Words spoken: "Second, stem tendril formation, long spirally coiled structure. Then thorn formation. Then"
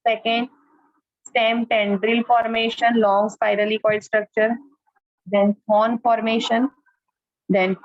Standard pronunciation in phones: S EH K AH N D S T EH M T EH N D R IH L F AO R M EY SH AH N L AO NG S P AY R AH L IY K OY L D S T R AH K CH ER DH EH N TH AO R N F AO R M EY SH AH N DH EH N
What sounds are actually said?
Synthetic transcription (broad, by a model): S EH K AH N D S T EH M T EH N D R IH L F AO R M EY SH AH N L AO NG S P AY R AH L IY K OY D S T R AH K CH ER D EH N F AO N F AO R M EY SH AH N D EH N